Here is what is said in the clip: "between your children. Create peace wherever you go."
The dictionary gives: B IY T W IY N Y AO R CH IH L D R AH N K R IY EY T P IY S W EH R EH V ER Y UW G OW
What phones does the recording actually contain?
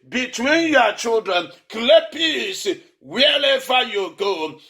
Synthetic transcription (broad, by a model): B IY T W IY N Y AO CH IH L D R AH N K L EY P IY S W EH L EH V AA Y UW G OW